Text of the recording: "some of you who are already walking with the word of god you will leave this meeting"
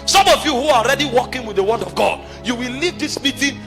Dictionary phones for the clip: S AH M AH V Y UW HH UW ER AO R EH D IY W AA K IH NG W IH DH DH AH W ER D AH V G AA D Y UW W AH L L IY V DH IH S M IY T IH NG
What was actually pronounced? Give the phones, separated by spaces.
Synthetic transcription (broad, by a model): S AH M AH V Y UW HH UW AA AO R EH D IY W AA K IH NG W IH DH DH AH W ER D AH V G AA D Y UW W AH L L IY V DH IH S M IY T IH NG